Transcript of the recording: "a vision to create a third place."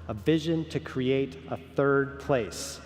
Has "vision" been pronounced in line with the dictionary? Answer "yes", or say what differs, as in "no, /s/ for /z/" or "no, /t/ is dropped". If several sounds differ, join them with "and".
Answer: yes